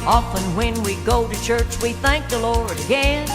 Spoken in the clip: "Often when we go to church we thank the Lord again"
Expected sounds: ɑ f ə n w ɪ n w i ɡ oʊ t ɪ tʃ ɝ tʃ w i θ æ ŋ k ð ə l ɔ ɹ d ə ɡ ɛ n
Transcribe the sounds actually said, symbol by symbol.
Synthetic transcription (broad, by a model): ɑ f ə n w ɪ n w i ɡ oʊ t ɪ tʃ ɝ tʃ w i θ æ ŋ k ð ə l ɔ ɹ d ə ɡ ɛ n